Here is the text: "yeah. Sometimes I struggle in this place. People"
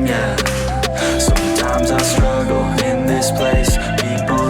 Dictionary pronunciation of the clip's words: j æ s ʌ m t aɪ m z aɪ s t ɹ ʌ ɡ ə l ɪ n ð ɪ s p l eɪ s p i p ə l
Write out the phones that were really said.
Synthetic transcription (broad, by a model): j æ s ʌ m t aɪ m z aɪ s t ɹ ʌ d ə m ɪ n ð ɪ s p l eɪ s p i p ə